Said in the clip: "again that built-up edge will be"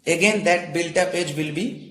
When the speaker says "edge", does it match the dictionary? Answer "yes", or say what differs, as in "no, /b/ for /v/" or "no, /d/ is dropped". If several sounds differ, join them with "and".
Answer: yes